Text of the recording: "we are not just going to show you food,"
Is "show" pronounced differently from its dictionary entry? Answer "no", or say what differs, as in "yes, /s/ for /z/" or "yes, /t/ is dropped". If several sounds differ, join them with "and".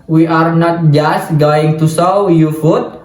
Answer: yes, /s/ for /ʃ/